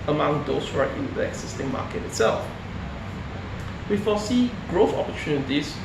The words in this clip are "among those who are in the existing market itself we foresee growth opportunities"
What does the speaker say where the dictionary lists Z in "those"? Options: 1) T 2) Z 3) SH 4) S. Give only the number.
4